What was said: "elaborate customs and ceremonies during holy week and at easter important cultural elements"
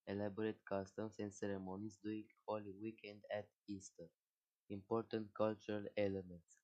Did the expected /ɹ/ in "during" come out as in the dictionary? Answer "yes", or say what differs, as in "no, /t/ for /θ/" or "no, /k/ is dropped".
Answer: no, /ɹ/ is dropped